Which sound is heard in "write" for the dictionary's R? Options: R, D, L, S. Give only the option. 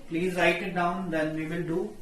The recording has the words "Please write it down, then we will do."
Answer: R